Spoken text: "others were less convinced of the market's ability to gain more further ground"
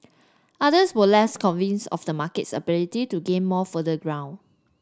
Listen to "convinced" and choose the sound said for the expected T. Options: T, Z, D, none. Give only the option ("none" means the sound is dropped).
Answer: none